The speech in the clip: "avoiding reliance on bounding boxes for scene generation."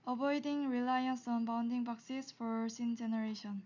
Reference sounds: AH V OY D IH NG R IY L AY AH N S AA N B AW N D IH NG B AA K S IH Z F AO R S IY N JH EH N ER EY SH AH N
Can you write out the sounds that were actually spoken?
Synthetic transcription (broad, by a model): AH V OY D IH NG R IY L AY AH N S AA N B AW N D IH NG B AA K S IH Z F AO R S IY N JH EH N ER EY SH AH N